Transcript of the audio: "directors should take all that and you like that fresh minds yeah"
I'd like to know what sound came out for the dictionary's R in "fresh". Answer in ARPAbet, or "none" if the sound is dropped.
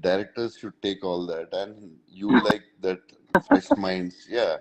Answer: none